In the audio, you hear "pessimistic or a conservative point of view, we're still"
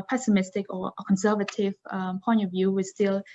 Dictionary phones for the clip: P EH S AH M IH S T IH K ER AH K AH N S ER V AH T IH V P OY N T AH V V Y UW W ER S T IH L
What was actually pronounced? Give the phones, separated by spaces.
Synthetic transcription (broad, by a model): P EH S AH M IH S T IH K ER AH K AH N S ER V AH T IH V P OY N T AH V V Y UW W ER S T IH L